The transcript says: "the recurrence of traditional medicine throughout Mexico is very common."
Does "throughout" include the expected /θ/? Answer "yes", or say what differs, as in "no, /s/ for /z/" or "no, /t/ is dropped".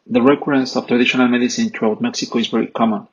no, /t/ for /θ/